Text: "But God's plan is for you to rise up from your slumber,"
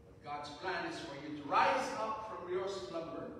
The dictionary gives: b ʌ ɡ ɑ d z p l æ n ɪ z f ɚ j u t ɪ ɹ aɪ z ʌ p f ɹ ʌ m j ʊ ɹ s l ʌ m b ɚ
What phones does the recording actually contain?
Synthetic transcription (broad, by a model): ɡ ɑ d z p l æ n ɪ z f ɚ j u t ɪ ɹ aɪ z ʌ p f ɹ ʌ m j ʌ ɹ s l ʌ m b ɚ